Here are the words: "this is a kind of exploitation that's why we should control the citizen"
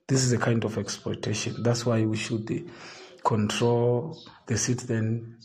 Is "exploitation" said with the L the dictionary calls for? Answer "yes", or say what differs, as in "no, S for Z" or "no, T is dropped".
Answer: no, L is dropped